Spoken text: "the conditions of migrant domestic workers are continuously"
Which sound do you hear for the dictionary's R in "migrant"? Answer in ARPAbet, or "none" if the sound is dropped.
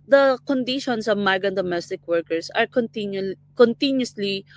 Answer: none